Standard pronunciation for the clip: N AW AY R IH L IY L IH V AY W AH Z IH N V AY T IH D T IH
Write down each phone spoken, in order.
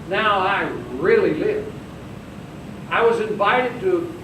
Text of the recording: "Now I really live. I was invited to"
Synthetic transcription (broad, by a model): N AW AY R IH L IY L IH V AY W AH Z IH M V AY T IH D T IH